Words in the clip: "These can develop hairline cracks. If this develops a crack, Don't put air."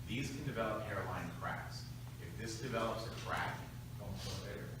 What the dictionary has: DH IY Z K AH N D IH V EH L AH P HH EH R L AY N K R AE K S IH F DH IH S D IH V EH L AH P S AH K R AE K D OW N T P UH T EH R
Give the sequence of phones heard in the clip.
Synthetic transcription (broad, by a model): DH IY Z K AH N D IH V EH L AH P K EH R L AY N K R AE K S IH F DH IH S D IH V EH L AH P S AH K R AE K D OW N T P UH EH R